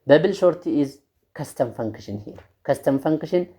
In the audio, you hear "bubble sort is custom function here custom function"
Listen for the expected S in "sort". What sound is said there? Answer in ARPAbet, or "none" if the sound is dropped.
SH